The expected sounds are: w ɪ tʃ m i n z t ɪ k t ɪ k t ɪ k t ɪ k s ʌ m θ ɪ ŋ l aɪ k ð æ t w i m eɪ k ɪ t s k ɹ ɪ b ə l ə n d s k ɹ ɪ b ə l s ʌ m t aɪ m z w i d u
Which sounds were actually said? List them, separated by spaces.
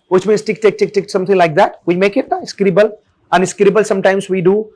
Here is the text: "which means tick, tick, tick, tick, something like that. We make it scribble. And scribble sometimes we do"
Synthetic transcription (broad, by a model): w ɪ tʃ m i n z t ɪ k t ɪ k t ɪ k t ɪ k s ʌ m t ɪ ŋ l aɪ k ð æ t w i m eɪ k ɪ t s k ɹ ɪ b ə l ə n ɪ s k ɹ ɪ b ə l s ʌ m t aɪ m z w i d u